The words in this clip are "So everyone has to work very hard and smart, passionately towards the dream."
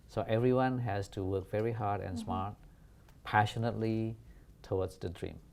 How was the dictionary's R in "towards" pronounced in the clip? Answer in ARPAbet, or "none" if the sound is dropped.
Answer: W